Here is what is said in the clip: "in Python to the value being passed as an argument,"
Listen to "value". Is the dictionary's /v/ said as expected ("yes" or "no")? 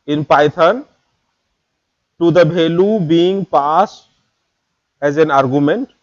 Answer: no